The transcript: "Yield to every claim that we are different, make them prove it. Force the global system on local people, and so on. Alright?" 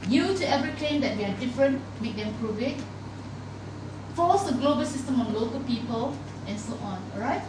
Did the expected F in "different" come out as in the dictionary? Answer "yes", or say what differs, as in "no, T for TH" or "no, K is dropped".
yes